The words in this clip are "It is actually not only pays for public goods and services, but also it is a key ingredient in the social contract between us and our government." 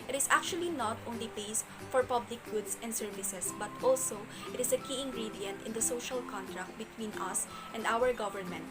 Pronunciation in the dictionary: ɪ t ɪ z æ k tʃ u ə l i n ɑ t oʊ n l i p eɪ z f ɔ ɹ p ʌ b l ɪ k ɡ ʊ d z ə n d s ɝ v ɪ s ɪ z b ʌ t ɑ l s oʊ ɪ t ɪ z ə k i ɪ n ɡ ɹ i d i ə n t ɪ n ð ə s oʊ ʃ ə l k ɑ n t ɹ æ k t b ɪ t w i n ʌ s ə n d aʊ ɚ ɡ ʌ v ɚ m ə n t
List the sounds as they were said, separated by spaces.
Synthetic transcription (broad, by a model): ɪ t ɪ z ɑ k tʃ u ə l i n ɑ t oʊ n l i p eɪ s f ɔ ɹ p ʌ b l ɪ k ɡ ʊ d s ə n d s ɝ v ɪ s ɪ s b ʌ t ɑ l s oʊ ɪ t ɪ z ə k i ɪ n ɡ ɹ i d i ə n t ɪ n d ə s oʊ ʃ ə l k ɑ n t ɹ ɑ k t b ɪ t w i n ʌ s ə n d aʊ ɚ ɡ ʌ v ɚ m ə n t